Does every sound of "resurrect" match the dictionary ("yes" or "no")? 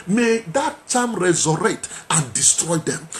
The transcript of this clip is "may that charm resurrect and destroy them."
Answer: no